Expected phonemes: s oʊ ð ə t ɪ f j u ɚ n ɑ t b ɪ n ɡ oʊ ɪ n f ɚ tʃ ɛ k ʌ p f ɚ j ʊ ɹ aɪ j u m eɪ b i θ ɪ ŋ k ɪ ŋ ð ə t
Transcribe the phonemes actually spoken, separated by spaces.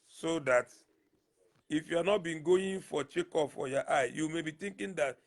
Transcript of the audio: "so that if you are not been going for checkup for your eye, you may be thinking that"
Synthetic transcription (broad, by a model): s oʊ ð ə t ɪ f j u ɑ n ɑ t b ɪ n ɡ oʊ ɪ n f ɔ tʃ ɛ k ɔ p f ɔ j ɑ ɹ aɪ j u m eɪ b i t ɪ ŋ k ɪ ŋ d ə t